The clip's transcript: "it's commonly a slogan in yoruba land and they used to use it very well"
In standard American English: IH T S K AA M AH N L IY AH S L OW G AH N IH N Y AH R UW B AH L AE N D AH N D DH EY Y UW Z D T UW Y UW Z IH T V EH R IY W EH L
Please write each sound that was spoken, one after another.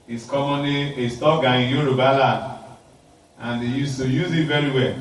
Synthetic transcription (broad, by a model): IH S K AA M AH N IY AH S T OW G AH IH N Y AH R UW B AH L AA D AH N D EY Y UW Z T UW Y UW Z IH T V EH R IY W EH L